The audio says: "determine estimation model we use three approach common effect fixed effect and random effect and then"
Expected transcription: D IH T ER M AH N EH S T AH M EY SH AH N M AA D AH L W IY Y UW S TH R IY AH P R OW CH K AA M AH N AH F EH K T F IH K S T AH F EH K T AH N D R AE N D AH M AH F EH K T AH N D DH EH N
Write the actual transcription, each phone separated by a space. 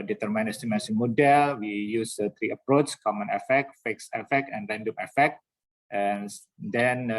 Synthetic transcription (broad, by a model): D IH T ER M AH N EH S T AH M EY S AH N M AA D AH L W IY Y UW S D R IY AH P R OW CH K AA M AH N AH F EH K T F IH K S AH F EH K T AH N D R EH N D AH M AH F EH K T AH N D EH N